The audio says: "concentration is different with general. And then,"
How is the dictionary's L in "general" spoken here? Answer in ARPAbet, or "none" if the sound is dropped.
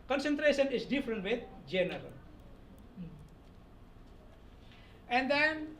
L